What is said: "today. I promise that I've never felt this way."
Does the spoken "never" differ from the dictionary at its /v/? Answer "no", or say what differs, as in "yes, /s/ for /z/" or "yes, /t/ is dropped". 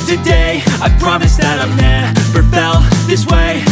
yes, /p/ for /v/